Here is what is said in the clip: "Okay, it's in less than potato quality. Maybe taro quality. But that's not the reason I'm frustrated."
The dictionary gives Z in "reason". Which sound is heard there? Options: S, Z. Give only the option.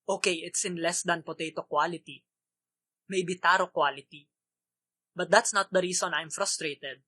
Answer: S